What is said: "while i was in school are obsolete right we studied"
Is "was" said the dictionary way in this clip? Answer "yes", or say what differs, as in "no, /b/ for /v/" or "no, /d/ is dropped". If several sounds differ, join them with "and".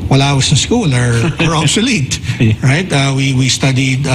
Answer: no, /s/ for /z/